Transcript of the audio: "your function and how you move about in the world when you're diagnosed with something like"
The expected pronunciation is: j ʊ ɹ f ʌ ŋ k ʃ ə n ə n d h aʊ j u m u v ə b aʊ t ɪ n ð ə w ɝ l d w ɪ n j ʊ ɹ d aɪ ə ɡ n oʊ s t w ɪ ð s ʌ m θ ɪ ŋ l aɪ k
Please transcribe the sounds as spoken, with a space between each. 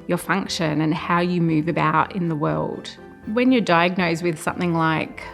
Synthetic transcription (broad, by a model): j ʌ ɹ f ʌ ŋ k ʃ ə n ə n h aʊ j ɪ m u v ə b aʊ t ɪ n ð ə w ɝ l d w ɪ n j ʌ ɹ d aɪ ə ɡ n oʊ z w ɪ ð s ʌ m θ ɪ ŋ l aɪ k